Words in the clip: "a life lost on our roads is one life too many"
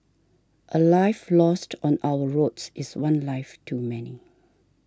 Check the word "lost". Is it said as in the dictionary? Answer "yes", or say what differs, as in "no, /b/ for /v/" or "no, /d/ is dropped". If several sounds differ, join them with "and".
yes